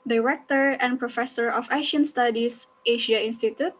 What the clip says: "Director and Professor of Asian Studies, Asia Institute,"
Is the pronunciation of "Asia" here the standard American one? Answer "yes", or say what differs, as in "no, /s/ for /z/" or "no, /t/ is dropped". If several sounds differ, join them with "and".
no, /ʃ/ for /ʒ/